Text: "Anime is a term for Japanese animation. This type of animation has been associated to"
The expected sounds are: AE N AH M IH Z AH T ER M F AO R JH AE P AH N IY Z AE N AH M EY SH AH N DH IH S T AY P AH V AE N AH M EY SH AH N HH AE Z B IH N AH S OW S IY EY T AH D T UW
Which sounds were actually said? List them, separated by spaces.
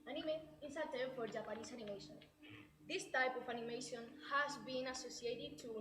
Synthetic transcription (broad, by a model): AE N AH M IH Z AH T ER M F AO R JH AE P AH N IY S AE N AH M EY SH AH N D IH S T AY P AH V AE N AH M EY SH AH N HH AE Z B IH N AH S OW S IY EY T AH D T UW